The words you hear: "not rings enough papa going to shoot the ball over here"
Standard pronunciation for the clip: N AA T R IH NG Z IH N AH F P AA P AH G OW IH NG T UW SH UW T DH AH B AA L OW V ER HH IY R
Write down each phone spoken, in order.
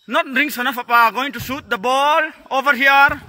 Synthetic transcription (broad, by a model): N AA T R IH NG S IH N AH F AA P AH G OW IH NG T UW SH UW T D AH B AA L OW V ER HH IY R